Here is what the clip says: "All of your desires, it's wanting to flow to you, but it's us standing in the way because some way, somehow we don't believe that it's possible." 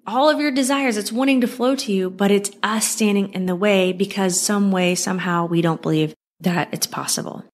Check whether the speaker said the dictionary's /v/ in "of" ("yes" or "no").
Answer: yes